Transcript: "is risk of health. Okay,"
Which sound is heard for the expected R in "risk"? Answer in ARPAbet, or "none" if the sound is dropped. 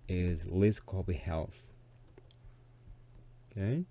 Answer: L